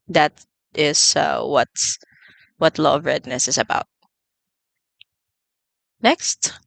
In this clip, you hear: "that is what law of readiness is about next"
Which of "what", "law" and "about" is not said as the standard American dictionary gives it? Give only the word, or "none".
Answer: law